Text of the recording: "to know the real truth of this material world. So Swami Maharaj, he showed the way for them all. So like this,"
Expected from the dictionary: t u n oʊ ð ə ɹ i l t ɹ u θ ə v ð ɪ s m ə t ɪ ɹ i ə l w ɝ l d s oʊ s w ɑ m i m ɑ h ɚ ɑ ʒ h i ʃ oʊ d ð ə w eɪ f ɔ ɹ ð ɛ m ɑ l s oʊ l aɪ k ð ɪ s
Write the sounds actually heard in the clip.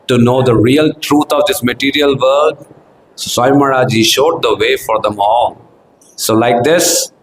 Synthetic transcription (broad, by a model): t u n oʊ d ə ɹ i l t ɹ u t ə v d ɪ s m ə t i ɹ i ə l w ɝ d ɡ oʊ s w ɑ i m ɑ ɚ ɑ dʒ i ʃ oʊ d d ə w eɪ f ɔ ɹ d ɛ m ɑ l s oʊ l aɪ k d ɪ s